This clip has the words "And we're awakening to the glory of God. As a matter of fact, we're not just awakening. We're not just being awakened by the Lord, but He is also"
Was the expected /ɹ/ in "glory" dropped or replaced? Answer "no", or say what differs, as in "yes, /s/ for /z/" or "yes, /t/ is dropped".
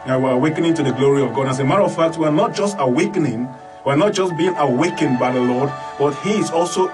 no